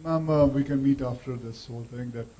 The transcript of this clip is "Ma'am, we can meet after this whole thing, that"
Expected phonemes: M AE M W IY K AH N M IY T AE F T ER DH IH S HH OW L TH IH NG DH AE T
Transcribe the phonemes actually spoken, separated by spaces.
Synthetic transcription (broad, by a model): M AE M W IY K AH N M IY T AE F T ER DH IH S HH OW L T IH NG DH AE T